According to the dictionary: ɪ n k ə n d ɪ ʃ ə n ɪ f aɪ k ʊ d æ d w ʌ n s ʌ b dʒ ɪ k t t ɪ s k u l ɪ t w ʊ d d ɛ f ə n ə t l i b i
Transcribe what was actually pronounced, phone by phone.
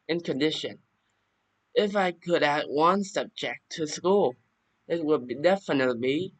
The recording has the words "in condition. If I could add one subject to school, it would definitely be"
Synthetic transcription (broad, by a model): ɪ n k ə n d ɪ ʃ ə n ɪ f aɪ k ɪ d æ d w ʌ n s ʌ b dʒ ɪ k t t ɪ s k u l ɪ t w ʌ d d ɛ f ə n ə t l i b i